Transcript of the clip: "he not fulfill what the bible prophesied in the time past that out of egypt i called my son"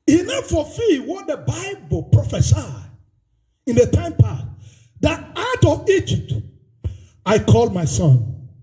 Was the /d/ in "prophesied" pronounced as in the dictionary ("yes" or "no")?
no